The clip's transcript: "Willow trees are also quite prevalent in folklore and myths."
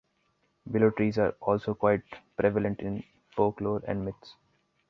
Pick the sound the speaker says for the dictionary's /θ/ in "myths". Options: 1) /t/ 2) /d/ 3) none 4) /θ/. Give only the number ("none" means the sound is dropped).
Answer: 1